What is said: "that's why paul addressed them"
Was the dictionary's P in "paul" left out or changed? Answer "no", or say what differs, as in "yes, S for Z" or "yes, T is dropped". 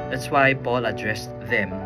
yes, B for P